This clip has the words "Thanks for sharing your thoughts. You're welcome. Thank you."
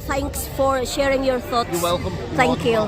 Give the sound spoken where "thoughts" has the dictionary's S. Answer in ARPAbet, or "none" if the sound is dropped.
none